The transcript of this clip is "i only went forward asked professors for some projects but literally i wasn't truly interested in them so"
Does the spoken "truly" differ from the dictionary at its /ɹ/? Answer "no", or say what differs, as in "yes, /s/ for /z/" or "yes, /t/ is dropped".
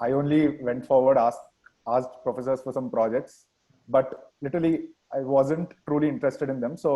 no